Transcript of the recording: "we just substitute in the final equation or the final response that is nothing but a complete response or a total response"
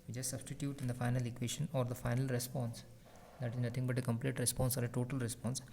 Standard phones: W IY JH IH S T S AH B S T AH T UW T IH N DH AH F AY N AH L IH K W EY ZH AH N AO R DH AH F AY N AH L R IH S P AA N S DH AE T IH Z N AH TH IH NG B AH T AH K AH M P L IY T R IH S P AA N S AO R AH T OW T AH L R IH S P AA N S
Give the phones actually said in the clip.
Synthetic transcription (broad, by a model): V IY CH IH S S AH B S T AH T UW T IH N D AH F AY N AH L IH K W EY SH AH N AO R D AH F AY N AH L R IH S P AA N S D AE T IH Z N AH T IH NG B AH T AH K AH M P L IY T R IH S P AA N S AO R AH T OW T AH L R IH S P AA N S